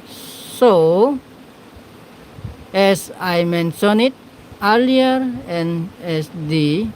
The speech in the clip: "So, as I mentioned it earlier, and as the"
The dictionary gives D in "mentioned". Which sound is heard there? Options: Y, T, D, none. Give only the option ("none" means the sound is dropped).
none